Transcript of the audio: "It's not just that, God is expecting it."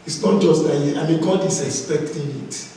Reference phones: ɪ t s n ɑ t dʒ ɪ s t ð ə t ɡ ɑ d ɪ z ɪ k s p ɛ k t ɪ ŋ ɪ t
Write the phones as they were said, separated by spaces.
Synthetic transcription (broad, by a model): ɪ t s n ɑ t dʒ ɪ s t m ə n ɡ ɑ d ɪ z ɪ k s p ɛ k t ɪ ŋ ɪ t